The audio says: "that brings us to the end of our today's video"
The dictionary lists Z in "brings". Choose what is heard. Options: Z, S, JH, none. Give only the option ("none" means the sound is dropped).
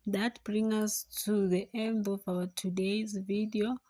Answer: none